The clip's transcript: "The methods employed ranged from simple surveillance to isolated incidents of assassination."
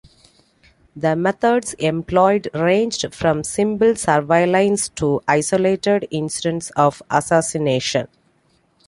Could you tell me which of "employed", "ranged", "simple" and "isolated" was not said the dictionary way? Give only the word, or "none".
simple